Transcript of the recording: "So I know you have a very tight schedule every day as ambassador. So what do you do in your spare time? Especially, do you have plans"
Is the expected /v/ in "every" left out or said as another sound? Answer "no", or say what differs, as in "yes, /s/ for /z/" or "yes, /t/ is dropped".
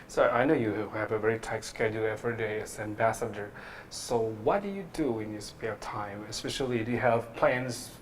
yes, /f/ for /v/